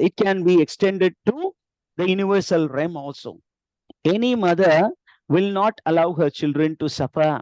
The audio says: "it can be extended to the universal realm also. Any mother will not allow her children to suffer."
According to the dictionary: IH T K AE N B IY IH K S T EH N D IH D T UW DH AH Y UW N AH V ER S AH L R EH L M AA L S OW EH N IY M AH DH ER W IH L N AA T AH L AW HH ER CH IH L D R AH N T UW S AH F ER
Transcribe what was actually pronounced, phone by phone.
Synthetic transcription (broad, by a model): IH T K AE N B IY IH K S T EH N D IH D T UW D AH Y UW N AH V ER S AH L R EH M AA L S OW EH N IY M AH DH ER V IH L N AA T AH L AW HH ER CH IH L D R AH N T UW S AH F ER